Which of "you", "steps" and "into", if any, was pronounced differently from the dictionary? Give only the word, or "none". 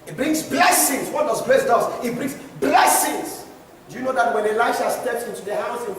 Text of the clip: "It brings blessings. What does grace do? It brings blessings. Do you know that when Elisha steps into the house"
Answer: none